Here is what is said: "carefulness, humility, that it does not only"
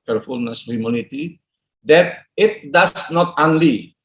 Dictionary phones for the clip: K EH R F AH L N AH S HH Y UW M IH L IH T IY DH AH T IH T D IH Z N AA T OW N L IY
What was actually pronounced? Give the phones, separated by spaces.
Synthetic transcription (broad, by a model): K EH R F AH L N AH S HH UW M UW N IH T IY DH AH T IH T D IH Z N AA T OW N L IY